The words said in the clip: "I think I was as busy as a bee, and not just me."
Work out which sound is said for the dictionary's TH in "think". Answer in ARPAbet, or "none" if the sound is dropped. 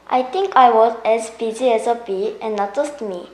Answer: T